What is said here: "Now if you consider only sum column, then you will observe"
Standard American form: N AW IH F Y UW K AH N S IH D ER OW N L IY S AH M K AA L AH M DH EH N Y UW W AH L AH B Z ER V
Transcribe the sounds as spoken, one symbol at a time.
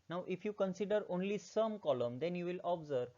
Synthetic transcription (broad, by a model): N AW IH F Y UW K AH N S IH D ER OW N L IY S AH M K AA L AH M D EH N Y UW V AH L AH B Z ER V